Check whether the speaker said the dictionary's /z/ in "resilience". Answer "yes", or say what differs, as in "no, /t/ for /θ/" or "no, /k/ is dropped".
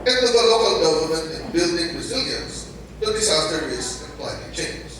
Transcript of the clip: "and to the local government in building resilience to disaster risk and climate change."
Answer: yes